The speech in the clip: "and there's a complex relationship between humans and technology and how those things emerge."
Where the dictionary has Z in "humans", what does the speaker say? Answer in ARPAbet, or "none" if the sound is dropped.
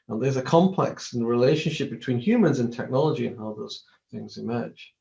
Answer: Z